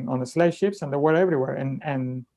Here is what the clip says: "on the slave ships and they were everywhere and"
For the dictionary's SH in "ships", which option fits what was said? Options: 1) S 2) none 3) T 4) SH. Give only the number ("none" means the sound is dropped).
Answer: 4